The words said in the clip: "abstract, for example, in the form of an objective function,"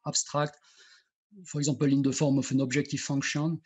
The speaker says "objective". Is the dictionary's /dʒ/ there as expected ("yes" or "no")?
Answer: no